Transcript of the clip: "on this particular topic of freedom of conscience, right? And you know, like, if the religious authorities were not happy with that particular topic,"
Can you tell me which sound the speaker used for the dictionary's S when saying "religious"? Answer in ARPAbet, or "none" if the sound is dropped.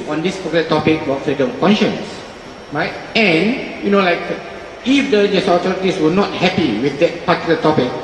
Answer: none